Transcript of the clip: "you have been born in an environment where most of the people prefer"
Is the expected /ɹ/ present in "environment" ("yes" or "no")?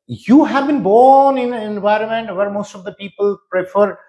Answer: yes